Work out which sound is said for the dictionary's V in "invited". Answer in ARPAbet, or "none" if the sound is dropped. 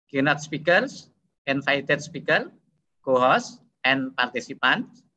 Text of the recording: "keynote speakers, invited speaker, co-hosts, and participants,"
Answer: F